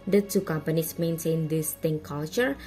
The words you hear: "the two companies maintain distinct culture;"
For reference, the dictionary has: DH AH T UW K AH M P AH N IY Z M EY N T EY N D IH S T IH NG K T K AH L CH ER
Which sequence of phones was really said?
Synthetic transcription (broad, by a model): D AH T UW K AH M P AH N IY S M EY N S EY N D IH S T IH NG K K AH L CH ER